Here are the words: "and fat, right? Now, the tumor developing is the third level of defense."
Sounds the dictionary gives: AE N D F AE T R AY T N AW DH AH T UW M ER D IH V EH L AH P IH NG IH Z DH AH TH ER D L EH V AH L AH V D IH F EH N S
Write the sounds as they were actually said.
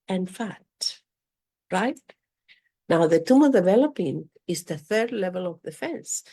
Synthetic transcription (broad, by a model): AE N F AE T R AY T N AW DH AH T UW M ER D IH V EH L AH P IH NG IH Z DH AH TH ER D L EH V AH L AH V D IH F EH N S